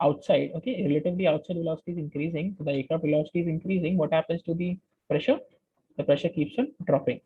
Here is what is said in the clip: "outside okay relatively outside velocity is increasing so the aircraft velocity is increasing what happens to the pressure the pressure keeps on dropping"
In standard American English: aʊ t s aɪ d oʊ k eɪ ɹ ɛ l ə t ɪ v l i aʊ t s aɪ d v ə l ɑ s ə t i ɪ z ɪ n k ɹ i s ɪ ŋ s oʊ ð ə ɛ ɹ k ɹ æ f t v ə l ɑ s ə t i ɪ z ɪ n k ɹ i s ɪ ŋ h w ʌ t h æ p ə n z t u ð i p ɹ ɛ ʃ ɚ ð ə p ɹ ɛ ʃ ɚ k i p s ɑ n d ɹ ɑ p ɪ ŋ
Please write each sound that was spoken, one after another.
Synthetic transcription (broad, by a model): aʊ t s aɪ d oʊ k eɪ ɹ ɛ l ə t ɪ v l i aʊ t s aɪ d v ə l ɑ s ə t i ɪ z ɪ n k ɹ i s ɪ ŋ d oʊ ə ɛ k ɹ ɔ t v ə l ɑ s ə t i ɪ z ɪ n k ɹ i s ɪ ŋ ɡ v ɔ t h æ p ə n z t u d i p ɹ ɛ ʃ ɚ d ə p ɹ ɛ ʃ ɚ k i p s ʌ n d ɹ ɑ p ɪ ŋ